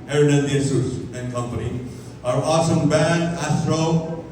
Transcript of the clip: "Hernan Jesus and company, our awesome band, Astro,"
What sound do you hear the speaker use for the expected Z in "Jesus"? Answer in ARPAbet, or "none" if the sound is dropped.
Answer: S